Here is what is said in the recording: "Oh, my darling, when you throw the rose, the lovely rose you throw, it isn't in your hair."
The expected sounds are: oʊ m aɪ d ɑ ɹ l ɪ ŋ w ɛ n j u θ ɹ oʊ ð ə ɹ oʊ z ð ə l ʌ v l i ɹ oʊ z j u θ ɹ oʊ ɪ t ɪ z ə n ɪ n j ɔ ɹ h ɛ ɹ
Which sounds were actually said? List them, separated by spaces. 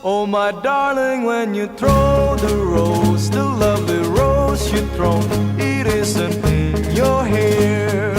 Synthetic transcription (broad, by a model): oʊ m aɪ d ɑ ɹ l ɪ ŋ w ɛ n j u θ ɹ oʊ ð ə ɹ oʊ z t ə l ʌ v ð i ɹ oʊ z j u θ ɹ oʊ ɪ t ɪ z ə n ɪ n j ɔ ɹ h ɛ ɹ